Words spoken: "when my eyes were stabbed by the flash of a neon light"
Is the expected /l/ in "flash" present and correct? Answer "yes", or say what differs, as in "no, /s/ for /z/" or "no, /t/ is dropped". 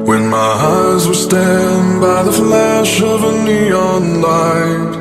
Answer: yes